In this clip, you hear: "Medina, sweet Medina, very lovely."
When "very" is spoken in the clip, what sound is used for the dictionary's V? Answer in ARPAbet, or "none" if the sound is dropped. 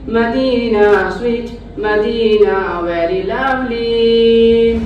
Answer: W